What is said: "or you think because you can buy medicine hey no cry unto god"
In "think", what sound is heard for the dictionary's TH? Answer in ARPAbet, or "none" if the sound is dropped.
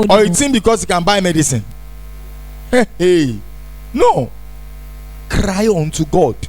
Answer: T